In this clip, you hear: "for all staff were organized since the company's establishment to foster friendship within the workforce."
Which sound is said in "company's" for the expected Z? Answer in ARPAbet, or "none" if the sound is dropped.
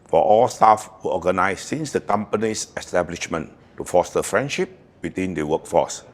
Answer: S